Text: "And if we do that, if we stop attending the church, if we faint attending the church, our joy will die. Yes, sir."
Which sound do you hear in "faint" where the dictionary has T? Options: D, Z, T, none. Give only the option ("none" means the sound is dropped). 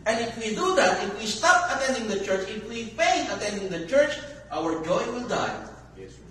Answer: none